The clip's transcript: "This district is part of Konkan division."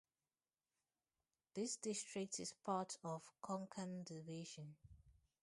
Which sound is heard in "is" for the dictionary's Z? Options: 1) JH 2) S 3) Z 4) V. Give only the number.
2